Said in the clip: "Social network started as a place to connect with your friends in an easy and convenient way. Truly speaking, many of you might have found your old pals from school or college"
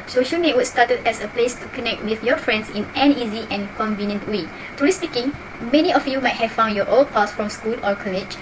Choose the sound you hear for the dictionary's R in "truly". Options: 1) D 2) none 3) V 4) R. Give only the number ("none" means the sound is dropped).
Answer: 2